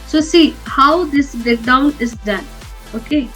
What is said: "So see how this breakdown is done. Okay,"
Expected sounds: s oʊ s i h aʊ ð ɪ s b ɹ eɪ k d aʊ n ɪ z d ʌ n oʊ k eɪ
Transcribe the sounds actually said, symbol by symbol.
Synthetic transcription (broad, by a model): s oʊ s i h aʊ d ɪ s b eɪ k d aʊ n ɪ z d ʌ n oʊ k eɪ